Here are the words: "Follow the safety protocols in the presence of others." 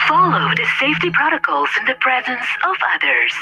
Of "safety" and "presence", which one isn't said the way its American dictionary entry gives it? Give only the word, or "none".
none